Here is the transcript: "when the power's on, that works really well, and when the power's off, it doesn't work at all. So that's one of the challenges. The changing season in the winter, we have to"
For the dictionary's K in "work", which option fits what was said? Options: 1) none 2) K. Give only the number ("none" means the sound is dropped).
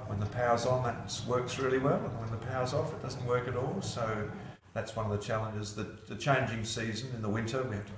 2